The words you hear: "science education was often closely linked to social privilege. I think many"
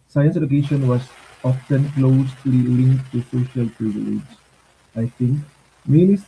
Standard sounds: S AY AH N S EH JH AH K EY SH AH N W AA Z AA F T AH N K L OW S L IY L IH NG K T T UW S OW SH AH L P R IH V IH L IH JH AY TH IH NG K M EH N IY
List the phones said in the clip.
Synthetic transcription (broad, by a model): S AY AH N S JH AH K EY SH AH N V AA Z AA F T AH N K L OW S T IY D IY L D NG T UW S OW SH AH L P R IH V IH L IH JH AY T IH NG K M EH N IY